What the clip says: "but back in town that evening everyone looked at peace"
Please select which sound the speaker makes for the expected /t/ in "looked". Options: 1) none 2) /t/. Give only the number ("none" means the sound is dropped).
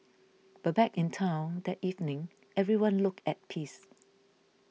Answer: 1